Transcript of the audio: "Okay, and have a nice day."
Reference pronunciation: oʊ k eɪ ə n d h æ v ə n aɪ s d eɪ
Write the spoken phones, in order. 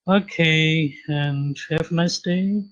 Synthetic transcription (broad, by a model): oʊ k eɪ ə n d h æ f ə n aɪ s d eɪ